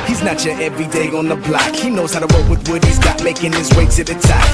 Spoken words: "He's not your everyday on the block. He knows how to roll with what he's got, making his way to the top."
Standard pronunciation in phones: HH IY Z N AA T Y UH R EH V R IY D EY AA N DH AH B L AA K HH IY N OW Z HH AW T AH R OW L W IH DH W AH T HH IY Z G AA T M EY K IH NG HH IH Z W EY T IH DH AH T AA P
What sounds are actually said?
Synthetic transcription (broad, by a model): HH IY Z N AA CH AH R EH V R IY D EY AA N DH AH B L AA K HH IY N OW Z HH AW T AH W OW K W IH DH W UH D HH IY Z G AA T M EY K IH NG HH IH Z W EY S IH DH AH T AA